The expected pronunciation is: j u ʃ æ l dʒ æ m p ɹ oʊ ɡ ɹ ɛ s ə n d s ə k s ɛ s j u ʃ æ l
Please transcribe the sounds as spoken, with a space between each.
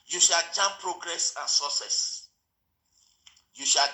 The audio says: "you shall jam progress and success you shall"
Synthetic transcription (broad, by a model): j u ʃ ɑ l tʃ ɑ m p ɹ oʊ ɡ ɹ ɛ s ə n s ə s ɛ s j u ʃ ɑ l